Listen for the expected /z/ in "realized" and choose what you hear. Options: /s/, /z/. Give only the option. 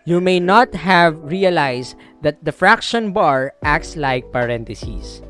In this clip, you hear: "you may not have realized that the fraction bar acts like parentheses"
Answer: /s/